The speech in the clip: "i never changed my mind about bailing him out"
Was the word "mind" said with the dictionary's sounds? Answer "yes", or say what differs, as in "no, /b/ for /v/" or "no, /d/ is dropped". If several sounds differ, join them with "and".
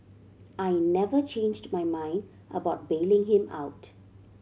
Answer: yes